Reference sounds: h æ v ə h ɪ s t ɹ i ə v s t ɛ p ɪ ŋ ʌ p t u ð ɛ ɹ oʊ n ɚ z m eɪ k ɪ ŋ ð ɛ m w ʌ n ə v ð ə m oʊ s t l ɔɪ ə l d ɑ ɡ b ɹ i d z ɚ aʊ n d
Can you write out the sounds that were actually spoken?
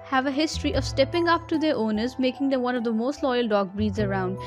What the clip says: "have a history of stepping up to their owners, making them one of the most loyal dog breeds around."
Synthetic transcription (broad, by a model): h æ v ə h ɪ s t ɹ i ə v s t ɛ p ɪ ŋ ʌ p t u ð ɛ ɹ oʊ n ɚ z m eɪ k ɪ ŋ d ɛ m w ʌ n ə v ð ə m oʊ s t l ɔɪ ə l d ɑ ɡ b ɹ i d z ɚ aʊ n d